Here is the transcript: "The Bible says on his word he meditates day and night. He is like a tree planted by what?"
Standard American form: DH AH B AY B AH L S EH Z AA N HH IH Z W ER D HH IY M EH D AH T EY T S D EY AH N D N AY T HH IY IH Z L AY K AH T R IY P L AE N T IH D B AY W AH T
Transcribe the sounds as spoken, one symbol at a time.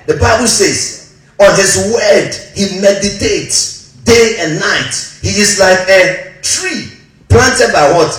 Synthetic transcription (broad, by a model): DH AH B AY B AH L S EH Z AA N HH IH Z W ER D HH IY M EH D AH T EY T S D EY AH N N AY T HH IY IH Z L AY K AH T R IY P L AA N T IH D B AY W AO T